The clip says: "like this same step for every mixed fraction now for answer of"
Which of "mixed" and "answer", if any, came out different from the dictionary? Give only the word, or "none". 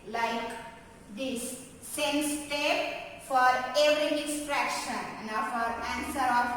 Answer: mixed